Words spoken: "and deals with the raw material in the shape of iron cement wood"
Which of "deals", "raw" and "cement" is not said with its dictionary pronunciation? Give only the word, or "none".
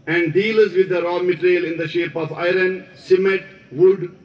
cement